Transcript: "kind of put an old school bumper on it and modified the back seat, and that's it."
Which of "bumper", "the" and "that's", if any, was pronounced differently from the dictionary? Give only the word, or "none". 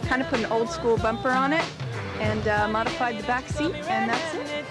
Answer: none